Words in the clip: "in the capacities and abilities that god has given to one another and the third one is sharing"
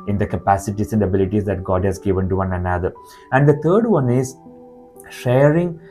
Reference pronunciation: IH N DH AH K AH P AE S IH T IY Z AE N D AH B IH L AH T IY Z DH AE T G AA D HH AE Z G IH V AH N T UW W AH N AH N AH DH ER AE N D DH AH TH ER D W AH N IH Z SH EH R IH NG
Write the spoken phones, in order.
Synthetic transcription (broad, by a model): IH N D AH K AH P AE S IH T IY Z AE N D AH B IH L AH T IY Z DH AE T G AA D HH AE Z G IH V AH N T UW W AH N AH N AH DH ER AE N D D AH T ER D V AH N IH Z SH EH R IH NG